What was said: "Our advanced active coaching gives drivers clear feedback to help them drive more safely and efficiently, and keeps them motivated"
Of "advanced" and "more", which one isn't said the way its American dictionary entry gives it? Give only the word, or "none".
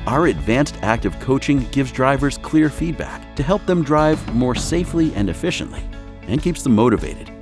none